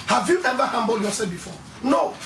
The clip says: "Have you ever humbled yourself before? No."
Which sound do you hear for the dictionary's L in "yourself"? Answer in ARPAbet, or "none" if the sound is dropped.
none